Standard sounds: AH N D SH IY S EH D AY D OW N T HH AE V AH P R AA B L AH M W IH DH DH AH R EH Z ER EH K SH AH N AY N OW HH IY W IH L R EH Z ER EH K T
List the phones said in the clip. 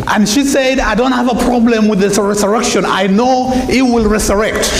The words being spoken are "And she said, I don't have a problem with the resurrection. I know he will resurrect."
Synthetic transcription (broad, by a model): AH N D SH IY S EH D AY D OW N T HH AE V AH P R AA B L AH M W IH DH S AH R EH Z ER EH K SH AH N AY N OW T W IH L R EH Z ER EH K T